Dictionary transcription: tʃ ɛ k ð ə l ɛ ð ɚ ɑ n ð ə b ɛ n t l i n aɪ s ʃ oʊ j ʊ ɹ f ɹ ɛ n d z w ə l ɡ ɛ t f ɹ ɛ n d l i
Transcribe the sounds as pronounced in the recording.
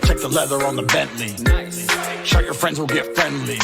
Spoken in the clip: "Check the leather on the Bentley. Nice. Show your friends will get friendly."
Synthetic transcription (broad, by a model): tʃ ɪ k ð ə l ɛ ð ɚ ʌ n ð ə b ɛ n t l i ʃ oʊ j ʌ ɹ f ɹ ɛ n d z w ə l ɡ ɛ t f ɹ ɛ n d l i